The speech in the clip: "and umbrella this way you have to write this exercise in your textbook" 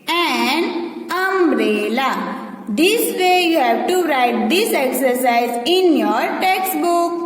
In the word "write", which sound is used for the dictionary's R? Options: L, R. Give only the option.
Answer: R